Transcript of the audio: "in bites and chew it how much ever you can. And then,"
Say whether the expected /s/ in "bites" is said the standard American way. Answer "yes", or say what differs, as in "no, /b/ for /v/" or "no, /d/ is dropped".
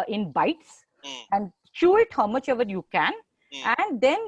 yes